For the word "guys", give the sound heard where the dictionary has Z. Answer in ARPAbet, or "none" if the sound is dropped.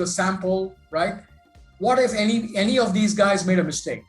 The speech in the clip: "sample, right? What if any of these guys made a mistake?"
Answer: Z